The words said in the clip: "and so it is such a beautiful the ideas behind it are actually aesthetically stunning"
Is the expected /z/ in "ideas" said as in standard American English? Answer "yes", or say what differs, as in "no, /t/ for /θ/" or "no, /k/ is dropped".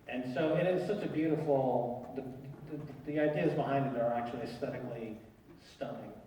yes